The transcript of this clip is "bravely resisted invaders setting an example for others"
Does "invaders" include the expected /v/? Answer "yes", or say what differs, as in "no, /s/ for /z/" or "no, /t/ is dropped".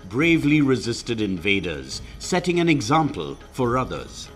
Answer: yes